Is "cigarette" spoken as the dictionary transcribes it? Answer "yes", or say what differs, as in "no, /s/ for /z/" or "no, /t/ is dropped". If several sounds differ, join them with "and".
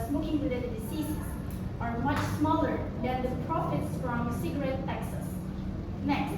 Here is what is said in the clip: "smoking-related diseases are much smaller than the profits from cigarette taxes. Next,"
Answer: yes